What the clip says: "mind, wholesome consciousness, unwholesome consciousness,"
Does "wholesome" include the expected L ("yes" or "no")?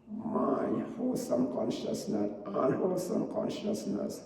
no